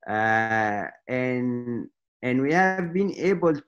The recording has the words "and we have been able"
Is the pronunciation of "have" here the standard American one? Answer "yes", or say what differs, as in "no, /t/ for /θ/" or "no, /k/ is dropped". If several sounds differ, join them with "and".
yes